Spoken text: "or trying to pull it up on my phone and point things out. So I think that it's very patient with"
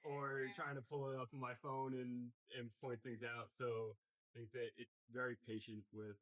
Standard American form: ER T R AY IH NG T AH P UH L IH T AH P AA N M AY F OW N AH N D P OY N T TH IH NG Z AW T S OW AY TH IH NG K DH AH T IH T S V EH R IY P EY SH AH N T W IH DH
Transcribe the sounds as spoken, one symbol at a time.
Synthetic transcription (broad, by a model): ER T R AY IH NG T AH P UH L IH T AH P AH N M AY F OW N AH N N P OY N TH IH NG Z AW T S OW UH TH IH NG K DH AH T IH T S V EH R IY P EY SH AH N T W IH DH